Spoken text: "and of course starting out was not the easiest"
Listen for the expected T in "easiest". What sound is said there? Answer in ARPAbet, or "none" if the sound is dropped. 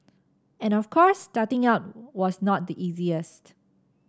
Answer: T